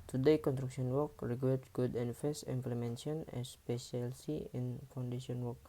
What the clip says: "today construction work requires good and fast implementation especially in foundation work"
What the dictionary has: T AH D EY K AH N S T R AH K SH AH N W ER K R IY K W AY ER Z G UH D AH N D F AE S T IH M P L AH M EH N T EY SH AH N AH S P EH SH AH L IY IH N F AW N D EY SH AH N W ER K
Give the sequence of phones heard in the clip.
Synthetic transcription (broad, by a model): T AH D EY K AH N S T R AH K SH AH N W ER K R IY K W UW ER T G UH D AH N F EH S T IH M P L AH M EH N S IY AH N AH S P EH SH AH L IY IH N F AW N D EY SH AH N W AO K